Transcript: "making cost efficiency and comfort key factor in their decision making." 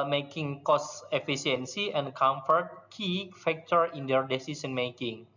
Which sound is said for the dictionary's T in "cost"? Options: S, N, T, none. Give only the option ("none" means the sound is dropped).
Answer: none